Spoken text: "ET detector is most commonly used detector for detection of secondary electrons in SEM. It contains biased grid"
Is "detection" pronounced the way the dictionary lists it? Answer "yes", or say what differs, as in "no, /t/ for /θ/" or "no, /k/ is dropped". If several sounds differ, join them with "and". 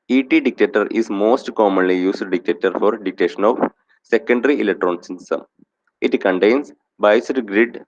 no, /k/ is dropped